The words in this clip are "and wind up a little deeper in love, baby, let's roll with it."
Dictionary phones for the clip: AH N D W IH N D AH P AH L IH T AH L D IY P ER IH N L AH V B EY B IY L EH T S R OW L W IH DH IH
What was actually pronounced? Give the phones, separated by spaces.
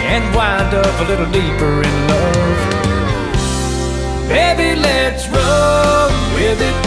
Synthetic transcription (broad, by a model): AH N W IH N D AH P AH L IH T L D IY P ER IH N L AH V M EY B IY L EH T S R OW N W IH DH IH